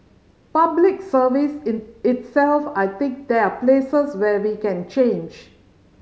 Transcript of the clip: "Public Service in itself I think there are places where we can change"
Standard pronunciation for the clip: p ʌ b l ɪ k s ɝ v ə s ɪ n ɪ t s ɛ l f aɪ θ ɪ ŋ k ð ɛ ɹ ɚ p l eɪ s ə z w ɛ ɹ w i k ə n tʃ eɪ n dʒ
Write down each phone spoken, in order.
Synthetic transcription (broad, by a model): p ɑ b l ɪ k s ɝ v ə s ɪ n ɪ t s ɛ l f aɪ t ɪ ŋ k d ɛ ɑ p l eɪ s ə s w ɛ w i k ə n tʃ eɪ n dʒ